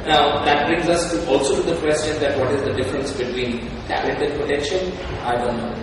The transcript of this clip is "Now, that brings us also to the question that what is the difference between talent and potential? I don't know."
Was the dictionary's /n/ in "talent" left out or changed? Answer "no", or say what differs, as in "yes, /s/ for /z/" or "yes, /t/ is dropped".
yes, /n/ is dropped